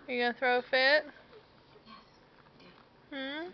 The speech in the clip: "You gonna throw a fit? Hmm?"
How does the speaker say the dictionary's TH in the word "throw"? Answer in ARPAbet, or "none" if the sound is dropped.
TH